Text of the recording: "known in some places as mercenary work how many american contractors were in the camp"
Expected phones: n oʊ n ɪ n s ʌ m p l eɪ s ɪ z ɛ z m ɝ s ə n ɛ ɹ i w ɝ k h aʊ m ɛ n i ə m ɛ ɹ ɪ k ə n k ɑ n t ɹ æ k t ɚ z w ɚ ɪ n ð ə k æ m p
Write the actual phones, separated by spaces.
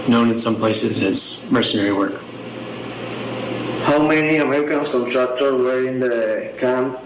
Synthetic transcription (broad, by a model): n oʊ n ɪ n s ʌ m p l eɪ s ɪ z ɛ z m ɝ s ə n ɛ ɹ i w ɝ k h aʊ m ɛ n i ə m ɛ ɹ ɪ k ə n k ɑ n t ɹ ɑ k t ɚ w ɚ ɪ n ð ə k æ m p